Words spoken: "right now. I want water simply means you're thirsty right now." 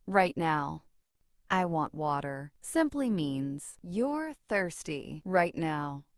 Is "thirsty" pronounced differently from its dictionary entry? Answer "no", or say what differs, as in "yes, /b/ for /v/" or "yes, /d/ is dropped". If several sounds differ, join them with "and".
no